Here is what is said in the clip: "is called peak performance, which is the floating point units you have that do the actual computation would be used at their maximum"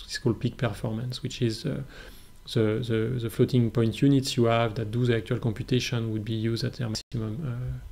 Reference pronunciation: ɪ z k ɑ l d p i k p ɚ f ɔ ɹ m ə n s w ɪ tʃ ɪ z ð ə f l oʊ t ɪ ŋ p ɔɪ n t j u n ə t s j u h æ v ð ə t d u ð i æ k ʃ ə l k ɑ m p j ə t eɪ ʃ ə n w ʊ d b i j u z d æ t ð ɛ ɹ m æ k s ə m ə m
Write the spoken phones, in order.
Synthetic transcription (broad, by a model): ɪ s k ɑ l d p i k p ɚ f ɔ ɹ m ə n s w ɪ tʃ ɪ z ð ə f l oʊ t ɪ ŋ p ɔɪ n t j u n ə t s j u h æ v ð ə t d u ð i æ k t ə l k ɑ m p j ə t eɪ ʃ ə n w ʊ d b i j u z d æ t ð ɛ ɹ m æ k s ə m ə m